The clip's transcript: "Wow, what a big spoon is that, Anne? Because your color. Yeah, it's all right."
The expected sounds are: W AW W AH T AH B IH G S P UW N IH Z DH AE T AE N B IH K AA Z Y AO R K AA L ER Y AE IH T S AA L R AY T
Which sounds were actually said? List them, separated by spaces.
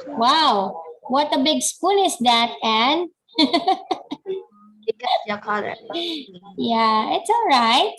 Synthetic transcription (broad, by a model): W AW W AH T AH B IH G S P UW N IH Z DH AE T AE N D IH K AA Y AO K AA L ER Y AE IH T S AA L R AY T